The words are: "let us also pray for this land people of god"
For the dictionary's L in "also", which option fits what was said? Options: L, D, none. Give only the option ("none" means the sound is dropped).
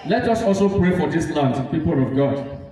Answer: L